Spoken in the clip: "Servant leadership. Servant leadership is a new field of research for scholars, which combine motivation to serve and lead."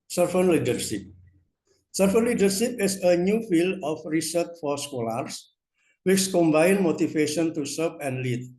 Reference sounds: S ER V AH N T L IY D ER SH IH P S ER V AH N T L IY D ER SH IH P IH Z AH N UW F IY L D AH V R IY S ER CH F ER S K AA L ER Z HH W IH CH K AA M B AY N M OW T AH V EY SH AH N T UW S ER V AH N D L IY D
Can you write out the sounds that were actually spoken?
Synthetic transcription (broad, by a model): S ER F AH N L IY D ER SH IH P S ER F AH N L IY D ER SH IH P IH S AH N UW F IY L D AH F R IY S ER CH F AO S K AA L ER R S W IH CH K AA M B AY N M OW T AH F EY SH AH N T UW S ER P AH N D L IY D